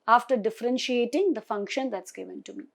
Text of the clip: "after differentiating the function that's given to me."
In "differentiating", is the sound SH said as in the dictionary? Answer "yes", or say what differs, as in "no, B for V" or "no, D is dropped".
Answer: yes